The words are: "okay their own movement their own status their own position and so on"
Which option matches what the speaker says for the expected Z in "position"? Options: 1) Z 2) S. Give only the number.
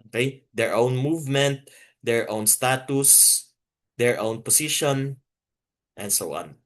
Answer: 2